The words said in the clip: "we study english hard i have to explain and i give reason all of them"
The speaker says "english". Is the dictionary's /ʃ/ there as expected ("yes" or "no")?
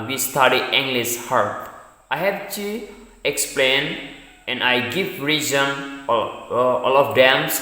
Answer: no